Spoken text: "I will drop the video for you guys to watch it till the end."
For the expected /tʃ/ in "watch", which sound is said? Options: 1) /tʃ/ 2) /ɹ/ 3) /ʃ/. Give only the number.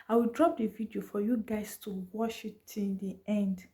3